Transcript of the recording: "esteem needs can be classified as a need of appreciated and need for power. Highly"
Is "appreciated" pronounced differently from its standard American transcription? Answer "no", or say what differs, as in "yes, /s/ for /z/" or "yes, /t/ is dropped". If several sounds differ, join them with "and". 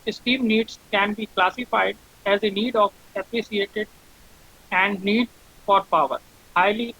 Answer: yes, /s/ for /ʃ/